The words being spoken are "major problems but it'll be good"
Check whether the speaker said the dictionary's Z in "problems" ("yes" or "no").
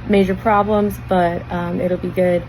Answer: yes